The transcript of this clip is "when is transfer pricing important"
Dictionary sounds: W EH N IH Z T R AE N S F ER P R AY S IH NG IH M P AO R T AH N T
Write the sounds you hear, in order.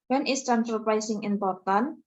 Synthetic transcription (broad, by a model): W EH N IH S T R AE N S ER P R AY S IH NG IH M P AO R T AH N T